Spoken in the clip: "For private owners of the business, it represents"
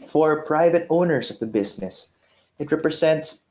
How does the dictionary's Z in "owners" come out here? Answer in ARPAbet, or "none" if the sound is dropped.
S